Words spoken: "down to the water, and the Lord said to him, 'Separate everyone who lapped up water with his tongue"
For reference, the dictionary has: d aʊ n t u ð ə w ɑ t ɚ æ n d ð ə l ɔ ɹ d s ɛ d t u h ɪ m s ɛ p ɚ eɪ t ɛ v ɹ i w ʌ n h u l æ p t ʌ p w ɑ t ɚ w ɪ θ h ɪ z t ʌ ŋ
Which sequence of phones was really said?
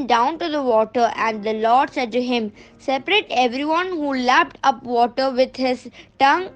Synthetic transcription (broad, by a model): d aʊ n t u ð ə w ɑ t ɚ æ n d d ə l ɔ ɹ d s ɛ d t u h ɪ m s ɛ p ɚ eɪ t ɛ v ɹ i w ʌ n h u l æ p t ʌ p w ɑ t ɚ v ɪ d h ɪ z t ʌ ŋ